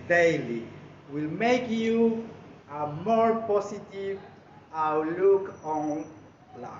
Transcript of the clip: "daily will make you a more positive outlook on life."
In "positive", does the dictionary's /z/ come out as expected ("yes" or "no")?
no